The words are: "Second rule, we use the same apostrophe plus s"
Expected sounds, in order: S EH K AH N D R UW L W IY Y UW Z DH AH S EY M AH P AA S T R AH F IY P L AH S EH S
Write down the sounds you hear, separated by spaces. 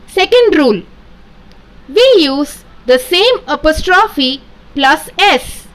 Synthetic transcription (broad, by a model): S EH K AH N D R UW L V IY Y UW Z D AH S EY M AH P AA S T R AH F IY P L AH S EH S